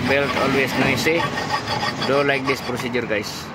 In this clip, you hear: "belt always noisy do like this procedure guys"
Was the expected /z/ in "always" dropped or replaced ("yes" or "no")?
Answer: yes